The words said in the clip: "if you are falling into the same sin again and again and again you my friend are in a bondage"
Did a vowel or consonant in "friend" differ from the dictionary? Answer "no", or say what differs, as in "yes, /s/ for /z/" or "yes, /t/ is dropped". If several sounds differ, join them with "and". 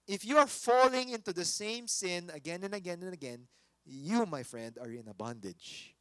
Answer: no